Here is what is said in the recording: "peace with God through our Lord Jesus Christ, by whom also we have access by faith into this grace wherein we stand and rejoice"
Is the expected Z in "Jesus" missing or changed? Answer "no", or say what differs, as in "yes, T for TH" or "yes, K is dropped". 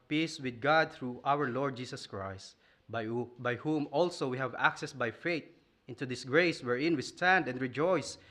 yes, S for Z